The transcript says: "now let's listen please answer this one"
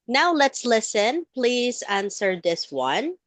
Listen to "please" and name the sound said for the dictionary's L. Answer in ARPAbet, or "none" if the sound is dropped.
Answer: L